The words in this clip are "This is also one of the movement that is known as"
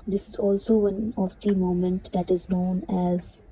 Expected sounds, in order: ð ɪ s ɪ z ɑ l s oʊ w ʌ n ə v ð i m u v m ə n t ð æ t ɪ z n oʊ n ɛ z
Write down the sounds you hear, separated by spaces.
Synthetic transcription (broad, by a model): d ɪ s ɪ z ɑ l s oʊ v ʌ n ə v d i m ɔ m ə n t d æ t ɪ z n oʊ n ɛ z